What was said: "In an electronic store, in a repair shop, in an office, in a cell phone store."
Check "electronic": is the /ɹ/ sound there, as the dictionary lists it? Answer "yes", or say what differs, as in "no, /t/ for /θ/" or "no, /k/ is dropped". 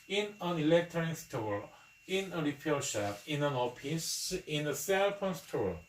no, /ɹ/ is dropped